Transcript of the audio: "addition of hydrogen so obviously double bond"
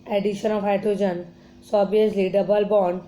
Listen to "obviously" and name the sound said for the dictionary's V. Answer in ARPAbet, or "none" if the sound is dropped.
none